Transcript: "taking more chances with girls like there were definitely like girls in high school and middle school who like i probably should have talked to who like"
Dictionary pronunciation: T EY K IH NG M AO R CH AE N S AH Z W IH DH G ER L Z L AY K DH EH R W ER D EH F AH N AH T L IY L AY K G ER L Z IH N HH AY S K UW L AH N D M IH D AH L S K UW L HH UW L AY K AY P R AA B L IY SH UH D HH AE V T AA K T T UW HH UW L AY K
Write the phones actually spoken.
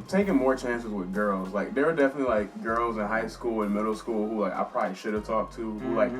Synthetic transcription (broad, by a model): T EY K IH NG M AO R CH AE N S AH Z W IH DH G ER L Z L AY K DH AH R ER D EH F AH N AH T L IY L AY K G ER L Z IH N HH AY S K UW L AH N M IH D L S K UW L HH UW L AY K AY P R AA B L IY SH UH D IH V T AA K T T UW HH UW L AY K